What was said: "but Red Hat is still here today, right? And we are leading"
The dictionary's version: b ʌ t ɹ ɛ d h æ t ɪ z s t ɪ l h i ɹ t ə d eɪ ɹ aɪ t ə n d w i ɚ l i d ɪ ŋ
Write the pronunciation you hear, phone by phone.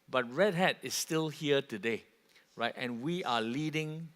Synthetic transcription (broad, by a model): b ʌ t ɹ ɛ d h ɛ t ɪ s t ɪ l h i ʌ t ə d eɪ ɹ aɪ t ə n w i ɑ l i d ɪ ŋ